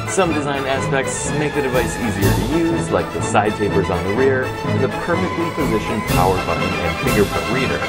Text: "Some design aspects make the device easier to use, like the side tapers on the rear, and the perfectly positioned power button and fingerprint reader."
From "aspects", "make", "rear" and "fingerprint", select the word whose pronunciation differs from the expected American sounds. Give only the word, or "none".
fingerprint